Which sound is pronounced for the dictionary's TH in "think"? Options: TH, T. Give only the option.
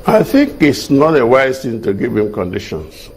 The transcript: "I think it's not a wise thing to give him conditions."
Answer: TH